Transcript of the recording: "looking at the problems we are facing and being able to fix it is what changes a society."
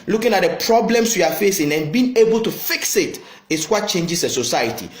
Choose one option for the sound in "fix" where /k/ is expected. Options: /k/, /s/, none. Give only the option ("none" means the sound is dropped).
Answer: /k/